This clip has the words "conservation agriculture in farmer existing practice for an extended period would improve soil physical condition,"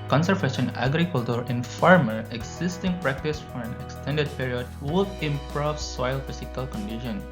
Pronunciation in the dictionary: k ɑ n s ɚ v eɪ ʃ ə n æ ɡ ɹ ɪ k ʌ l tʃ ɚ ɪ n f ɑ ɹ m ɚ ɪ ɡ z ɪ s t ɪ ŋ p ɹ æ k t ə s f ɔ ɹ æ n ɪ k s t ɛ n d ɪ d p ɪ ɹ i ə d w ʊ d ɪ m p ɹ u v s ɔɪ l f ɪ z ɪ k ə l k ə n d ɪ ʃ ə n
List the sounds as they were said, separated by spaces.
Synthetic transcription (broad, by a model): k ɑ n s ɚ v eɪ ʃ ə n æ ɡ ɹ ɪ k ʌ l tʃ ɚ ɪ n f ɑ ɹ m ɚ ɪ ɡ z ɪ s t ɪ ŋ p ɹ æ k t ə s f ɔ ɹ æ n ɪ k s t ɛ n d ɪ d p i ɹ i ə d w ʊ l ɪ m p ɹ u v s ɔɪ l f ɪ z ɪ k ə l k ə n d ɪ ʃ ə n